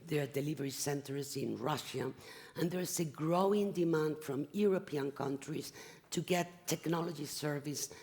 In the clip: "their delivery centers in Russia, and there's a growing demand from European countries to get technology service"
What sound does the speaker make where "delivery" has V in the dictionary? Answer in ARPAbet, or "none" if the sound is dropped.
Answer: V